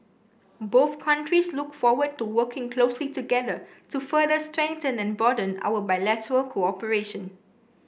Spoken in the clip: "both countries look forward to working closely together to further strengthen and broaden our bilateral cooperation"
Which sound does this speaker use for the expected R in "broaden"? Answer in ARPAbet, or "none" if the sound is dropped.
none